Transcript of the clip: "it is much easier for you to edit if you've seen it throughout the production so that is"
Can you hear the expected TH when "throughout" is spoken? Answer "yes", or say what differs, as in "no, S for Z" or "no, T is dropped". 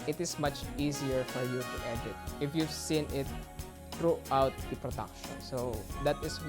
no, T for TH